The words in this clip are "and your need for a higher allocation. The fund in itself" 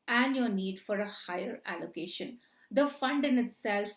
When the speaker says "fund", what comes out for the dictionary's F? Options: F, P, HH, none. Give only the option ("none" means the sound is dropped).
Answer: F